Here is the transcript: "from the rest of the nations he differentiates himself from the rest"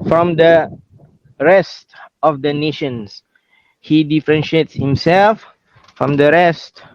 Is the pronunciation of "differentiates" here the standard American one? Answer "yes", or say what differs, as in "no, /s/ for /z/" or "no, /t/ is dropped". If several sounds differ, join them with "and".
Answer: yes